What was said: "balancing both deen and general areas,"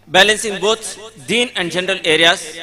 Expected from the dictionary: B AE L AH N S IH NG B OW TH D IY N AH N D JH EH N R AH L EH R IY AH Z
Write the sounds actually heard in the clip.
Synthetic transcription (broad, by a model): B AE L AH N S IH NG B OW S D IY N AH N D JH EH N R AH L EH R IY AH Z